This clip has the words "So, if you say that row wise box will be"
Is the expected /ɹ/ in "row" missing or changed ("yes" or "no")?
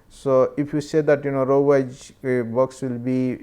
no